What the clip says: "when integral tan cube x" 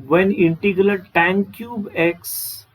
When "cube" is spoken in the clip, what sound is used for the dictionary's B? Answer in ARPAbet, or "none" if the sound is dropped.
B